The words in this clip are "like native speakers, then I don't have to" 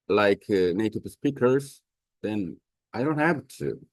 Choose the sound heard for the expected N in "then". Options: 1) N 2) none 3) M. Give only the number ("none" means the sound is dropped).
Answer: 1